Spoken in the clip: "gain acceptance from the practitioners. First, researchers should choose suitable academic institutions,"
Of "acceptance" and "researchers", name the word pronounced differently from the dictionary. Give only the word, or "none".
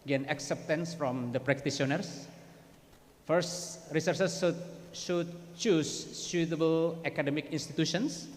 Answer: researchers